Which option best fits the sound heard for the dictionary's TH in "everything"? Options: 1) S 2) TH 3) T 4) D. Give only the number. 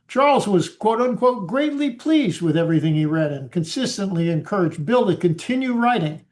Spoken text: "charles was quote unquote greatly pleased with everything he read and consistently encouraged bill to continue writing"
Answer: 2